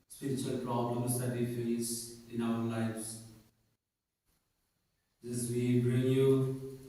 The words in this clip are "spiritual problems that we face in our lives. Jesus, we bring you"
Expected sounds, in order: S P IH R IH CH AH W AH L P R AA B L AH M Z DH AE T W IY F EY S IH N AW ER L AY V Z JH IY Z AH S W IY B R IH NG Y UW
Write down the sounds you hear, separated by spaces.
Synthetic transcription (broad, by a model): S P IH R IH CH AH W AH L P R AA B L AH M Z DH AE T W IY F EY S IH N AW ER L AY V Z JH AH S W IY B R IH NG Y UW